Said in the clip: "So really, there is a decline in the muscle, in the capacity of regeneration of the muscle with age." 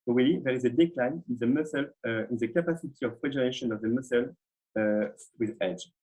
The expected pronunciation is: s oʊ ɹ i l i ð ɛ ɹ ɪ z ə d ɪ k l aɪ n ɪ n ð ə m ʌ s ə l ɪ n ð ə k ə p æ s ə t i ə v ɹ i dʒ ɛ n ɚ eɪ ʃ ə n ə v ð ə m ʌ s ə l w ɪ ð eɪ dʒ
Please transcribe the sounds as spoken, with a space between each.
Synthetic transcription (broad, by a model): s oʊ w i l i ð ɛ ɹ ɪ z ə d ɪ k l aɪ n ɪ n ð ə m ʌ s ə l ɪ n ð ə k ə p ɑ s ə t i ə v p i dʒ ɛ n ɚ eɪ ʃ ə n ə v ð ə m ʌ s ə l w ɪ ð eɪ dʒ